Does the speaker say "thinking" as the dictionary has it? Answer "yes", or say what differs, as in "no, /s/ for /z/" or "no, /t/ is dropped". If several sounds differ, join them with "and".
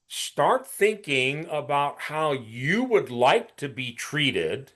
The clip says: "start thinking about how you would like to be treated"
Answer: yes